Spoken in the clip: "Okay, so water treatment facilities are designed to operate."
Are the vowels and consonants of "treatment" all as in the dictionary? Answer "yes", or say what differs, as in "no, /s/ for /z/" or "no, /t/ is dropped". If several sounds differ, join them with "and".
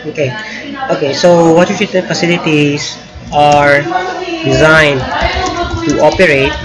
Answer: no, /m/ is dropped